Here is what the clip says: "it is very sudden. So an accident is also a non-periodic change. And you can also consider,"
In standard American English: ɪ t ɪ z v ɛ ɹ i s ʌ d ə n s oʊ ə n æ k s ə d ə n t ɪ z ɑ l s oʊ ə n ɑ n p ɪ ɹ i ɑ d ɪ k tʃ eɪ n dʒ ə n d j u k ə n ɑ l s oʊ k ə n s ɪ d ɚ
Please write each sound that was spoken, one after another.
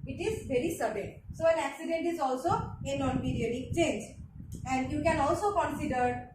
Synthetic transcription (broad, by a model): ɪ t ɪ z v ɛ ɹ i s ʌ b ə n s oʊ ə n æ k s ə d ə n t ɪ z ɑ l s oʊ ə n ɑ n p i ɹ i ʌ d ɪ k tʃ eɪ n dʒ ə n d j u k ə n ɑ l s oʊ k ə n s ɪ d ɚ